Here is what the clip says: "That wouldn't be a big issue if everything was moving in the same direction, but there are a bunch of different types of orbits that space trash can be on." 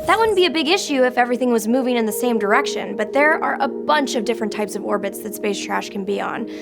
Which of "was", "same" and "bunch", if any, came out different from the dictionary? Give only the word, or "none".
none